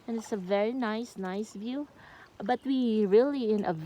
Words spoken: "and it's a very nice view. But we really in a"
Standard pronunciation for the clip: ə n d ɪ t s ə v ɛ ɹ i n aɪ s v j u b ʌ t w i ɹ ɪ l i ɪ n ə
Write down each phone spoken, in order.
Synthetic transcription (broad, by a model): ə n ɪ t s ə v ɛ ɹ i n aɪ s v j u b ʌ t w i ɹ ɪ l i ɪ n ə